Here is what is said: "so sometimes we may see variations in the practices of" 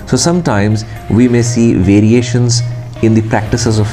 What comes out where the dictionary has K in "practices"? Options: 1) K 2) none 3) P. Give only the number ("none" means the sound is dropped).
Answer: 1